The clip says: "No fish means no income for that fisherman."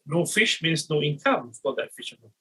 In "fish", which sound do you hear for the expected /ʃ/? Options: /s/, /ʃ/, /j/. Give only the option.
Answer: /ʃ/